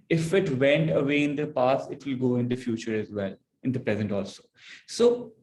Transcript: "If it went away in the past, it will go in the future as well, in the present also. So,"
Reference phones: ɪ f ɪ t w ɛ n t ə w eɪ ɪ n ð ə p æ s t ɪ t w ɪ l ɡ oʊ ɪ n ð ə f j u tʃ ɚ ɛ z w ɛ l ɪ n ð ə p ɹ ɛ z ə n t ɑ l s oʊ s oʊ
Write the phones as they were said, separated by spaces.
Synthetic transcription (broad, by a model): ɪ f ɪ t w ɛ n t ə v eɪ ɪ n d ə p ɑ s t ɪ t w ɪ l ɡ oʊ ɪ n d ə f j u tʃ ɚ ɛ z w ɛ l ɪ n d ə p ɹ ɛ z ə n t ɑ l s oʊ s oʊ